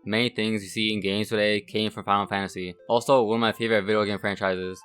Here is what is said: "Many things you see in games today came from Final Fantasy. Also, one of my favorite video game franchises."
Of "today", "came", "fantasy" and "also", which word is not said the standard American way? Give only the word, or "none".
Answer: none